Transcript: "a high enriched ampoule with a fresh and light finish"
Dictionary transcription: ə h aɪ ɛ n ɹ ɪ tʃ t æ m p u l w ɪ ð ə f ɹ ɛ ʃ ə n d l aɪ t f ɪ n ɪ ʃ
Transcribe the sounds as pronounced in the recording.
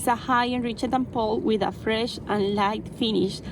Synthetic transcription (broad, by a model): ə h aɪ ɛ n ɹ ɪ tʃ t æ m p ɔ l w ɪ ð ə f ɹ ɛ ʃ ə n l aɪ t f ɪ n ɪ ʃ